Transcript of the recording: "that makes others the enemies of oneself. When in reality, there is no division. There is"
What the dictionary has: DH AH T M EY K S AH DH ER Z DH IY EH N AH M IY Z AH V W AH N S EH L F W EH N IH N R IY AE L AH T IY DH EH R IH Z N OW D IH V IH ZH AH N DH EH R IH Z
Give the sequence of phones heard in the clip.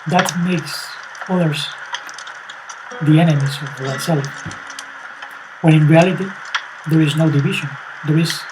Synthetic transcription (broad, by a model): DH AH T M EY K S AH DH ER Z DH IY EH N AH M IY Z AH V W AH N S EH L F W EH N IH N R IY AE L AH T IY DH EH R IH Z N OW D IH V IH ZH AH N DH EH R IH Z